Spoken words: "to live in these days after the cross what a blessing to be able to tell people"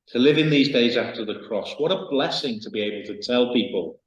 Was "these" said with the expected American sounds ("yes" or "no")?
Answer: yes